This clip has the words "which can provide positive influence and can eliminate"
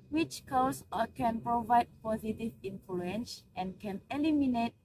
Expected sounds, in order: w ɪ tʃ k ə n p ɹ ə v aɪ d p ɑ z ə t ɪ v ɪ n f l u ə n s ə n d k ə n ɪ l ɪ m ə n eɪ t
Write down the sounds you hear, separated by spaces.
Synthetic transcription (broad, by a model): w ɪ tʃ k ə n p ɹ ə v aɪ d p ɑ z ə t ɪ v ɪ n f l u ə n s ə n k ə n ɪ l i m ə n eɪ t